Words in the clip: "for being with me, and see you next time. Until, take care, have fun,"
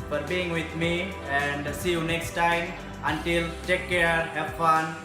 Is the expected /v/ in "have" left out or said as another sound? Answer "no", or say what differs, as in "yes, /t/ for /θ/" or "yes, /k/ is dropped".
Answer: yes, /p/ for /v/